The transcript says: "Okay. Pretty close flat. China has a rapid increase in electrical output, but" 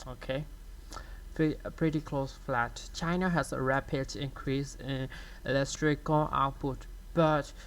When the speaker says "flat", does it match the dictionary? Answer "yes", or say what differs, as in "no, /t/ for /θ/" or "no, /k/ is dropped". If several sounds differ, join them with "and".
yes